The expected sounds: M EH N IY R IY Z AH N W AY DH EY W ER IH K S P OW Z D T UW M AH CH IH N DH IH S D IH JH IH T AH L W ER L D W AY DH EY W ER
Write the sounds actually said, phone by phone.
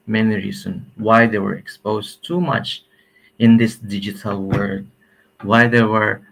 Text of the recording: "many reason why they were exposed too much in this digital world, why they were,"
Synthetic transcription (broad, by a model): M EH N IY R IY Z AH N W AY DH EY W ER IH K S P OW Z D T UW M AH CH IH N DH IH S D IH JH IH T AH L W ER D W AY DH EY W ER